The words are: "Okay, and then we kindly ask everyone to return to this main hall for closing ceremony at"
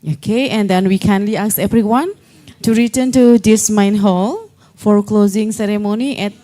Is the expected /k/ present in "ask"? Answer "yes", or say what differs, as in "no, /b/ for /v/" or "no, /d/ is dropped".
no, /k/ is dropped